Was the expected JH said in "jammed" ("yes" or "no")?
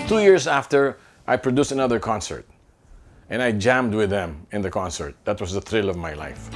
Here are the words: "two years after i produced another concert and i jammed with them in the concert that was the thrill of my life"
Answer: yes